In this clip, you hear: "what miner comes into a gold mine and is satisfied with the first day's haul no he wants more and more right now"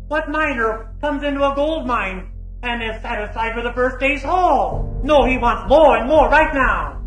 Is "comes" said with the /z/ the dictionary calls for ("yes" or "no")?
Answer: yes